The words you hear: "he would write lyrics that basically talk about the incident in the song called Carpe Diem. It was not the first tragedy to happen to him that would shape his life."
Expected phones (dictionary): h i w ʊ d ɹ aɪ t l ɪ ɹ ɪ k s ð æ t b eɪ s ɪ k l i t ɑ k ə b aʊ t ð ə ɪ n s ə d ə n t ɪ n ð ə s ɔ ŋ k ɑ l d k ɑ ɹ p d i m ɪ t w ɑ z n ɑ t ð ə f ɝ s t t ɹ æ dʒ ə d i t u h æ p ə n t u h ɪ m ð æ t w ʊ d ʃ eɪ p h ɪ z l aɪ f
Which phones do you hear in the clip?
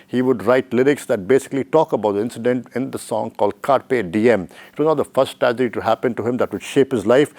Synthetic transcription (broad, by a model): h i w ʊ d ɹ aɪ t l ɪ ɹ ɪ k s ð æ t b eɪ s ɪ k l i t ɑ k ə b aʊ t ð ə ɪ n s ə d ə n t ɪ n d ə s ɔ ŋ k ɑ l d k ɑ ɹ p d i m ɪ t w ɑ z n ɑ t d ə f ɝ s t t æ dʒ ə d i t u h æ p ə n t u h ɪ m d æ t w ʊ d ʃ eɪ p h ɪ z l aɪ f